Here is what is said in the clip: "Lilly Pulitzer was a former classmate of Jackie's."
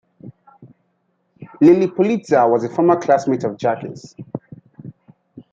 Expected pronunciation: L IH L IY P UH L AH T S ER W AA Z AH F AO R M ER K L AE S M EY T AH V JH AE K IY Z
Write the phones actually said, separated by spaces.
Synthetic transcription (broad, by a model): L IH L IY P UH L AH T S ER W AA Z AH F AO R M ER K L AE S M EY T AH V JH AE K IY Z